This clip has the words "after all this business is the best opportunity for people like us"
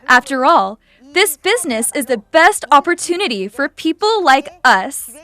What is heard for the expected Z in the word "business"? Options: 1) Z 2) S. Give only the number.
1